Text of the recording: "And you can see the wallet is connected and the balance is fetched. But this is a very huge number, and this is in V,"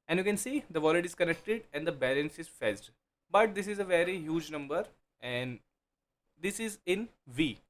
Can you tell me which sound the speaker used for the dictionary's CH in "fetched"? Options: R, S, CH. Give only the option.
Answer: S